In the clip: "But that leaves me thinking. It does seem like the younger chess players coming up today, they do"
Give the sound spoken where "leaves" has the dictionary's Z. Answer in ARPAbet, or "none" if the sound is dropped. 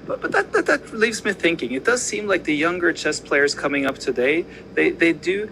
Z